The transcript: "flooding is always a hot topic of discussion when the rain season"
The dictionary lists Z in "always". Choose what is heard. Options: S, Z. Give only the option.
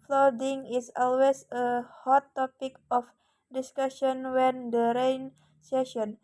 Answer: S